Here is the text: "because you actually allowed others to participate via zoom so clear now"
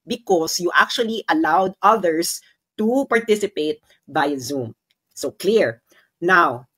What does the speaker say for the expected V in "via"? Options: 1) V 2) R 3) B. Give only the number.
3